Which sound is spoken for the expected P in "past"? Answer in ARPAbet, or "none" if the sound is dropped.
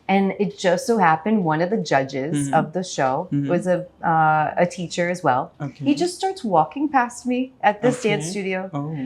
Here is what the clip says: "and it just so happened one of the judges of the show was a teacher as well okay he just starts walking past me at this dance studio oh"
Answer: P